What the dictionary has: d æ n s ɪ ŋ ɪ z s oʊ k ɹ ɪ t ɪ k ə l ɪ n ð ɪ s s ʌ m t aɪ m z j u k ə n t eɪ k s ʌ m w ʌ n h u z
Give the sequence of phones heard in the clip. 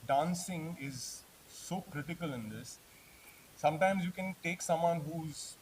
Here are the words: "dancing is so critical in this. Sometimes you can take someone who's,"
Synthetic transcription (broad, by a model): d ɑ n s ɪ ŋ ɪ z s oʊ k ɹ ɪ t ɪ k ə l ɪ n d ɪ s s ʌ m t aɪ m z j u k ə n t eɪ k s ʌ m w ʌ n h u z